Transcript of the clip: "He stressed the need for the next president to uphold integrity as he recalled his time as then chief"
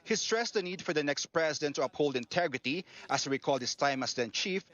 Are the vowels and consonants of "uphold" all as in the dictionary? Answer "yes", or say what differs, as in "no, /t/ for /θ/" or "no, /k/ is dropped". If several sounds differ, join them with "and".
yes